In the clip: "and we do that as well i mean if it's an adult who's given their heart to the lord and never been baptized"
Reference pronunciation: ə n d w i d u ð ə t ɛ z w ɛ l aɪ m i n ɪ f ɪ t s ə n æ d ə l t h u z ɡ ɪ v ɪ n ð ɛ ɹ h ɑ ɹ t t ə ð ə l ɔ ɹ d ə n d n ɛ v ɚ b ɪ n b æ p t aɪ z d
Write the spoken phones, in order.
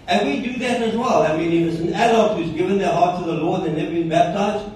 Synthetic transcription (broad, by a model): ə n w i d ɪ ð ə t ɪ z w ɛ l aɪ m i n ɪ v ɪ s ə n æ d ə t h u z ɡ ɪ v ɪ n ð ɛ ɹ h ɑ ɹ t t ə ð ə l ɔ ɹ d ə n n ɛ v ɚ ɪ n b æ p t aɪ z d